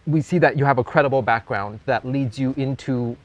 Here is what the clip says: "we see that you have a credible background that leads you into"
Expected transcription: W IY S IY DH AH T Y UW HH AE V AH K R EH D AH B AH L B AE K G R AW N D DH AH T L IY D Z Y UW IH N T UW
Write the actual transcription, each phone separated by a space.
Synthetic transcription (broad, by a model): W IY S IY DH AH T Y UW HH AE V AH K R EH D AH B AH L B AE K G R AW N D DH AH T L IY D Z Y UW IH N T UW